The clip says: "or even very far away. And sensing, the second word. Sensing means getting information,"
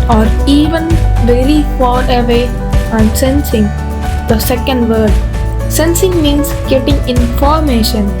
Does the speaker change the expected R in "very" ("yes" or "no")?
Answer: yes